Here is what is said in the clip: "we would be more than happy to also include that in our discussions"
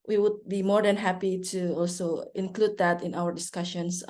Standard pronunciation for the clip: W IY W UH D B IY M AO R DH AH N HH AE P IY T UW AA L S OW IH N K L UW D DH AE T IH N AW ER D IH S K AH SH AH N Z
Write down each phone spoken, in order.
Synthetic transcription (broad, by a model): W IY W UH D B IY M AO R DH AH N HH AE P IY T UW AA L S OW IH N K L UW D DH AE T IH N AW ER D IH S K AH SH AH N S